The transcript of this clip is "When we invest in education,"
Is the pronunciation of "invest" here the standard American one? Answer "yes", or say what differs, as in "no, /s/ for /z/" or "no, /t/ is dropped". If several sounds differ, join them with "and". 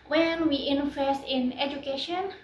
no, /f/ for /v/ and /t/ is dropped